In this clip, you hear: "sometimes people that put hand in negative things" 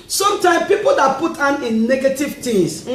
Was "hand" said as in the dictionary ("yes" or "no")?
no